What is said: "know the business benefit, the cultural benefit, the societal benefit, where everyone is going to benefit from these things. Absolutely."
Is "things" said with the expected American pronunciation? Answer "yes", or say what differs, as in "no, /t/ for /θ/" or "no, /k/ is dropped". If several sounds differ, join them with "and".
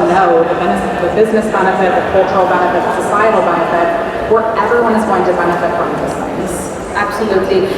no, /ŋ/ is dropped